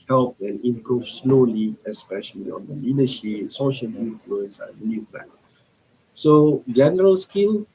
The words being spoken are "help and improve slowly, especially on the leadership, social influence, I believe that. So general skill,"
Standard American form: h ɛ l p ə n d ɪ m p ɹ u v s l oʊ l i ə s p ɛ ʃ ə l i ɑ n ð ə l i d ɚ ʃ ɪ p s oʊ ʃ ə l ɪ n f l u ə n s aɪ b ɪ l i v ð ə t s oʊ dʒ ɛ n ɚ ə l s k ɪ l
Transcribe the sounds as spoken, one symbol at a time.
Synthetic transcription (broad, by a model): h ɛ l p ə n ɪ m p ɹ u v s l oʊ l i ə s p ɛ ʃ ə l i ɑ n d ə l i d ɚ ʃ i p s oʊ ʃ ə l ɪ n f l u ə n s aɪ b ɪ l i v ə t s oʊ dʒ ɛ n ɚ ə l s k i l